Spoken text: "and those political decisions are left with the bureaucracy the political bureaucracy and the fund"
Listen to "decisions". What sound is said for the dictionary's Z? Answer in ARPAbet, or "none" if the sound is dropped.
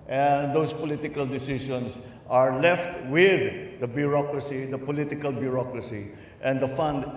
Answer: S